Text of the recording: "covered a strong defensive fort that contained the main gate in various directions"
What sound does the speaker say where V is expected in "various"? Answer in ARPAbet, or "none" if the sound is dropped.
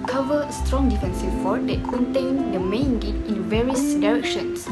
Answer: V